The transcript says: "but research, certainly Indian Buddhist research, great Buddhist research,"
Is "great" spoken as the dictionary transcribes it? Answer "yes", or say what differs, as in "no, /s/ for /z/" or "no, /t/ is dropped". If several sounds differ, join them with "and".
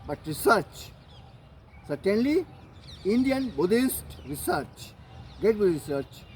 no, /ɹ/ is dropped